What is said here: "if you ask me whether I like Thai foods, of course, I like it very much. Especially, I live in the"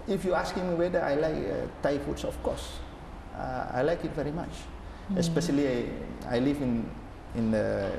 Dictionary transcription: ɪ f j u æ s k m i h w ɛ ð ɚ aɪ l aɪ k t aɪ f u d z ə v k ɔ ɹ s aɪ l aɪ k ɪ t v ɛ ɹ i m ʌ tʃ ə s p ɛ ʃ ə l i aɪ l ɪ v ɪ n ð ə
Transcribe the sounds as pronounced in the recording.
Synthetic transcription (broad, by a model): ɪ f j u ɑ s k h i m w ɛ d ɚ aɪ l aɪ k t aɪ f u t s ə f k ɔ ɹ s aɪ l aɪ k ɪ t v ɛ ɹ i m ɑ tʃ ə s p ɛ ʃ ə l i aɪ l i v ɪ n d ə